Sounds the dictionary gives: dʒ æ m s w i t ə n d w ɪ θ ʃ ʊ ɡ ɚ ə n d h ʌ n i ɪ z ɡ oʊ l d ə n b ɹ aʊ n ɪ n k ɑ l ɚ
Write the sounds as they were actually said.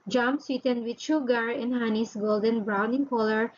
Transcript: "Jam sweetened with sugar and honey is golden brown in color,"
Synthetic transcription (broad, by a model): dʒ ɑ m s w i t ə n d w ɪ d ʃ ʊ ɡ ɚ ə n h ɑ n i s ɡ oʊ l d ə n b ɹ aʊ n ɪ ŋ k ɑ l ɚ